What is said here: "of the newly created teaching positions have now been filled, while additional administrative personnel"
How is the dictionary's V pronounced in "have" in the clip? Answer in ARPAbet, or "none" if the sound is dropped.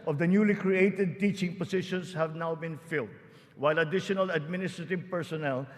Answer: V